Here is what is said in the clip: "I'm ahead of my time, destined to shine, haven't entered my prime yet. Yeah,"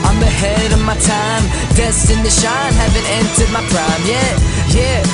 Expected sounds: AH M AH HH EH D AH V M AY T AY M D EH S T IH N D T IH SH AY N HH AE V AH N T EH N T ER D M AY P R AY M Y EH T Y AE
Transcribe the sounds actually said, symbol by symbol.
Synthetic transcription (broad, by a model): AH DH AH HH EH D AH V M AY T AY M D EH S T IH N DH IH SH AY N HH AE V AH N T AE N S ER D M AY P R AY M Y EH T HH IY